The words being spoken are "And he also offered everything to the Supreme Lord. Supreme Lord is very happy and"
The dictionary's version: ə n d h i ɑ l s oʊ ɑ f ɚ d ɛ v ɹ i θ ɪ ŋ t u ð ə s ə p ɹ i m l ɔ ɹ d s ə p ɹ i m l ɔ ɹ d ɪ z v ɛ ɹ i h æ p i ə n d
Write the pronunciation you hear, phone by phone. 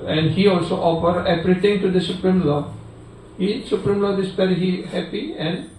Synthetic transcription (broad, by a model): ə n d h i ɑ l s oʊ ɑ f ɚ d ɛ p ɹ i t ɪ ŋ t u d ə s ə p ɹ i m l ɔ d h s ə p ɹ i m l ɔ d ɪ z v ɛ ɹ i h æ p i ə n d